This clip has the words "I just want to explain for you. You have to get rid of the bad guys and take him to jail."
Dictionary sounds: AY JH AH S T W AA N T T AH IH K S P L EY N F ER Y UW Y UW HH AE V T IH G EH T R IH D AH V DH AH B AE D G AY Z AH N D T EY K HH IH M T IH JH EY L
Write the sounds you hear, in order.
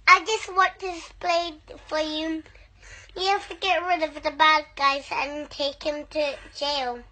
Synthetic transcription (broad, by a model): AY JH AH S T W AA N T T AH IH S P L EY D F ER Y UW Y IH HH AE F T IH G EH T R IH D AH V DH AH B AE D G AY Z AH N T EY K HH IH M T IH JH EY L